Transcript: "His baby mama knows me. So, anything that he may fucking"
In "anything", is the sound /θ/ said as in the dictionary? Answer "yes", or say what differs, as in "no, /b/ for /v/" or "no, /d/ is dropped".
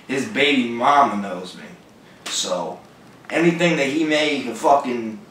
yes